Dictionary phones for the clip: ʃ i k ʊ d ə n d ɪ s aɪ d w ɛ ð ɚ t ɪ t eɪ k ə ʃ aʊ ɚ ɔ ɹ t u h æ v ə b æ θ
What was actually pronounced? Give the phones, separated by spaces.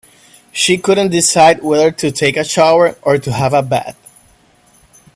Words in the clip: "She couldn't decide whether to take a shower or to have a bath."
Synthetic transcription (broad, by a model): ʃ i k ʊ d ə n d ɪ s aɪ d w ɛ ð ɚ t ɪ t eɪ k ə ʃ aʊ ɚ ɔ ɹ t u h æ v ə b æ t